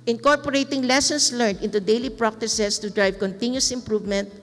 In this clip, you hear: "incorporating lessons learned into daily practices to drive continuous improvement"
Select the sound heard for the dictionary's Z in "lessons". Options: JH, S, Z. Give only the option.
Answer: S